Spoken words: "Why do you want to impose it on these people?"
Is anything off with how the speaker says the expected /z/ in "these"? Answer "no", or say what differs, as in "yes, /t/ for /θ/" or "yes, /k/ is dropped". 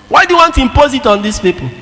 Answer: yes, /s/ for /z/